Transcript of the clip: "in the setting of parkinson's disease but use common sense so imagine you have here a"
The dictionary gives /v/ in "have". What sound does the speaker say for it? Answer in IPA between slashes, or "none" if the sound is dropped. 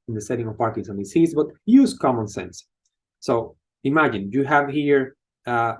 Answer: /v/